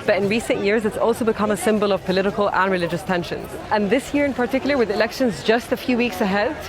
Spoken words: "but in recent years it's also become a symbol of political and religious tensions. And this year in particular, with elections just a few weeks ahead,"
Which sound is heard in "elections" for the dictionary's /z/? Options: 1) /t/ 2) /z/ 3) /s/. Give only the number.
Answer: 2